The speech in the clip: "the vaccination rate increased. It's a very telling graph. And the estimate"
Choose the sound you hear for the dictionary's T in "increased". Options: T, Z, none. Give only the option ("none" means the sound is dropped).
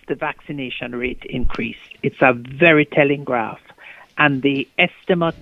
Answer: T